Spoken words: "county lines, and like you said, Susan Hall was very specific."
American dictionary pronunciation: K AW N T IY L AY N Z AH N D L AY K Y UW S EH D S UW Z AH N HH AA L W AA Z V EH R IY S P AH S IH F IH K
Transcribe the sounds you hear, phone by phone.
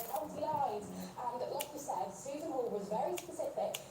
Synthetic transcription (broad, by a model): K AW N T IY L AY Z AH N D L AY K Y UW S EH D S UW Z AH N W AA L W AA Z V EH R IY S P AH S IH F IH K